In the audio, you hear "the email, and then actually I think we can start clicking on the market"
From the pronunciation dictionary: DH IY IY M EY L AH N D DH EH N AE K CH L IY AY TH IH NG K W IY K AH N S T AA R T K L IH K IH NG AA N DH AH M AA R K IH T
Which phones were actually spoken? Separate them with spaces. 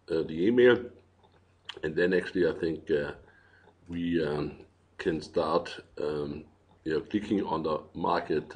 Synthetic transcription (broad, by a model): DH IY IY M EY L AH N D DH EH N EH K S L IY AY TH IH NG K W IY K AH N S T AA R T K L IH K IH NG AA N DH AH M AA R K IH T